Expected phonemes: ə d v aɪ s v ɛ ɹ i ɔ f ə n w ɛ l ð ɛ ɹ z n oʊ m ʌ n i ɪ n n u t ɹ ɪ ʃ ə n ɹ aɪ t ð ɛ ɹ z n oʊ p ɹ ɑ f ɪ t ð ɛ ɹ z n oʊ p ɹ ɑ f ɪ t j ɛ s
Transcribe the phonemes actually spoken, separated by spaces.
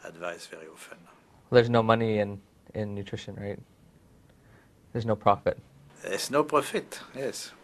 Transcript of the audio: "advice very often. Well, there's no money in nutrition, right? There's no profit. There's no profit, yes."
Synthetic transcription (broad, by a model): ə d v aɪ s v ɛ ɹ i ɔ f ə n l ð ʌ ɹ z n oʊ m ʌ n i ɪ n n u t ɹ ɪ ʃ ə n ɹ aɪ t ð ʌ ɹ z n oʊ p ɹ ɑ f ɪ t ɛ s n oʊ p ɹ ɑ f ɪ t j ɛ s